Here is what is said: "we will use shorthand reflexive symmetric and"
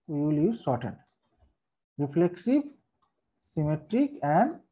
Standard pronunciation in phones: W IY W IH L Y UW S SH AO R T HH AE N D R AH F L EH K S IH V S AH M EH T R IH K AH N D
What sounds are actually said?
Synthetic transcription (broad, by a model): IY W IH L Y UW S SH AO T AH D R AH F L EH K S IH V S AH M EH T R IH K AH N D